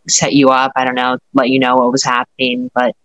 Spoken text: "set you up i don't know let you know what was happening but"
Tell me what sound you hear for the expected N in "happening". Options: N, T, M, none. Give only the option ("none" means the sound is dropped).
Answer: N